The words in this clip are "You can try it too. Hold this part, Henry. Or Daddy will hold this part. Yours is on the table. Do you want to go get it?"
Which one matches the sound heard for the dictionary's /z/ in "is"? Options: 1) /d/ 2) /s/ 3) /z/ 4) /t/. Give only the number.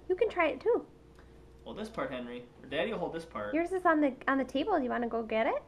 2